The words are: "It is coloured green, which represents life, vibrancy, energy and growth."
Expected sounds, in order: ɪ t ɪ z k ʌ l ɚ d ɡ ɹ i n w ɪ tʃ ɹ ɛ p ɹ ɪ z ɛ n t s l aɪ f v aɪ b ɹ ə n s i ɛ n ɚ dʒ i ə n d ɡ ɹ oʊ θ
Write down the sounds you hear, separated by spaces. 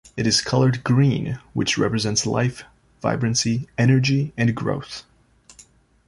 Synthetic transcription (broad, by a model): ɪ t ɪ z k ʌ l ɚ d ɡ ɹ i n w ɪ tʃ ɹ ɛ p ɹ ɪ z ɛ n t s l aɪ f v aɪ b ɹ ə n s i ɛ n ɚ dʒ i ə n ɡ ɹ oʊ θ